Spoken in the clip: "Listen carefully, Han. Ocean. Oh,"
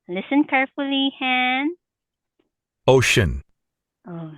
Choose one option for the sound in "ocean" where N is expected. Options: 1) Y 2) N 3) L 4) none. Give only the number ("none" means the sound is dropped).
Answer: 2